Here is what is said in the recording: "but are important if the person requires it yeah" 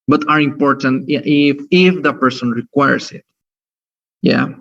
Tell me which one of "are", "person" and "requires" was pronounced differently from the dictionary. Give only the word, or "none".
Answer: requires